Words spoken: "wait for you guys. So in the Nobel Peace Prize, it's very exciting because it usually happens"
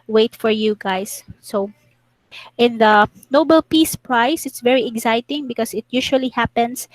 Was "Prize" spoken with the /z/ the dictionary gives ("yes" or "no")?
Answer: no